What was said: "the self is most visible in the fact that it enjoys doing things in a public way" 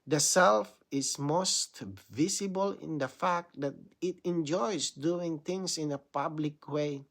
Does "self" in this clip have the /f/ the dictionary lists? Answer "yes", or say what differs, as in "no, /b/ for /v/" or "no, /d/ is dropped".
yes